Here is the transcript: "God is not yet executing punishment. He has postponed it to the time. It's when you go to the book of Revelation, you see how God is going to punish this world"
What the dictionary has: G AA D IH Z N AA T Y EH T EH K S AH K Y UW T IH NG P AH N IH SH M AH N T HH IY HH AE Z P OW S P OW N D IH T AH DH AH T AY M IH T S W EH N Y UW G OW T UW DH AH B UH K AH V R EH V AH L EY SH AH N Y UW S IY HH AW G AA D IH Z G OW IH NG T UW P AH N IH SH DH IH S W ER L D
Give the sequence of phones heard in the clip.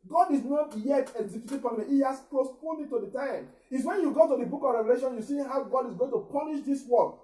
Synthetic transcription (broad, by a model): G AA D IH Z N AA T Y EH T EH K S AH K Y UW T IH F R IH M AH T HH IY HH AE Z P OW S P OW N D IH T AH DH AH T AY M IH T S W EH N Y UW G OW T UW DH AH B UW K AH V R EH V AH L EY SH AH N Y UW S IY HH AW G AA D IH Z G OW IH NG T UW P AH N IH SH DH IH S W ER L